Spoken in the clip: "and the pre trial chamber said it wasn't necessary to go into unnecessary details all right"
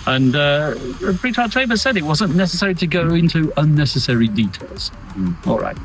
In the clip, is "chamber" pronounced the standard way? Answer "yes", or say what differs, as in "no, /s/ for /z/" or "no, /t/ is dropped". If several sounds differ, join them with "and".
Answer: no, /m/ is dropped